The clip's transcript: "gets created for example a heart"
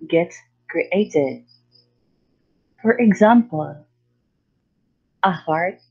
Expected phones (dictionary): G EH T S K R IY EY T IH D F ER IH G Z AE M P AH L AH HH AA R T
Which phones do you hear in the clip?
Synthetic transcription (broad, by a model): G EH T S K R IY EY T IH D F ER IH G Z AE M P AH L AH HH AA R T